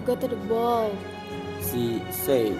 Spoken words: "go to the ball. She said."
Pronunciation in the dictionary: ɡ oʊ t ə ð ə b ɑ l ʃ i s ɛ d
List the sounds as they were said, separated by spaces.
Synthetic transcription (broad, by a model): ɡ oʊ t ə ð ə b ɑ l s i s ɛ